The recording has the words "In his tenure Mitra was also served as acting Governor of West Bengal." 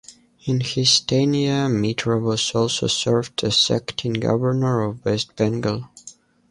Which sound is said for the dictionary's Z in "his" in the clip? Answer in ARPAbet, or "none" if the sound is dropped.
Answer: S